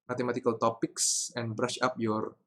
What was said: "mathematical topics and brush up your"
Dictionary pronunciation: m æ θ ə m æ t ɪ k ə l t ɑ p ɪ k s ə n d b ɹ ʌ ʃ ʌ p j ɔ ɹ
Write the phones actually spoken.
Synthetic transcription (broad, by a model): m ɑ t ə m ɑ t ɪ k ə l t ɑ p ɪ k s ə n b ɹ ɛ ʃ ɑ p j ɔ ɹ